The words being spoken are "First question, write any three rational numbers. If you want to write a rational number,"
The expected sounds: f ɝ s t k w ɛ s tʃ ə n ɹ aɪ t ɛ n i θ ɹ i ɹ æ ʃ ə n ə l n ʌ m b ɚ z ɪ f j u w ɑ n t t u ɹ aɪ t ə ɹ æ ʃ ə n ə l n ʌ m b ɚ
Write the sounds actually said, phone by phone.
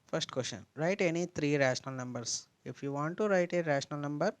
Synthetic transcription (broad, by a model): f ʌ s t k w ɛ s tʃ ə n ɹ aɪ t ɛ n i t ɹ i ɹ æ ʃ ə n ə l n ʌ m b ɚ s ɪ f j u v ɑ n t t u ɹ aɪ t ə ɹ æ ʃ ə n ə l n ʌ m b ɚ